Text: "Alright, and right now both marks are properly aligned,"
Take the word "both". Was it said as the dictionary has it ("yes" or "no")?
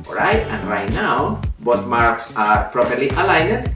no